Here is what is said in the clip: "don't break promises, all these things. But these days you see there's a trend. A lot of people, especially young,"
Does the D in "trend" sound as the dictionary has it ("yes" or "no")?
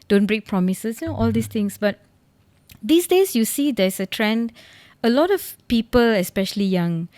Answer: yes